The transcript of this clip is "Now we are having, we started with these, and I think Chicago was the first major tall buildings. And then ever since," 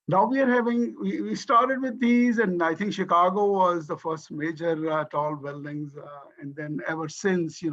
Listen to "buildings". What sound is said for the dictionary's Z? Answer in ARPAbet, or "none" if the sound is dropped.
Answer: Z